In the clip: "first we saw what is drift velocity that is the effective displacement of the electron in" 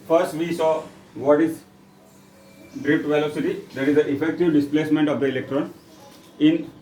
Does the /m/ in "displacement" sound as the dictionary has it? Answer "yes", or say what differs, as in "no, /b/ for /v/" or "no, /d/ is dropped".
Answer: yes